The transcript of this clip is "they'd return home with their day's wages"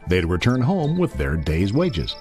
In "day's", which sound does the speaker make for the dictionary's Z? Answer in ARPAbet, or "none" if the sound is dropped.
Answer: Z